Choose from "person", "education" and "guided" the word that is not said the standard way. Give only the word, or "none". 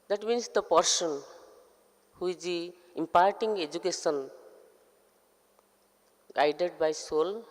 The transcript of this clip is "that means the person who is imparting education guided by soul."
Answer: education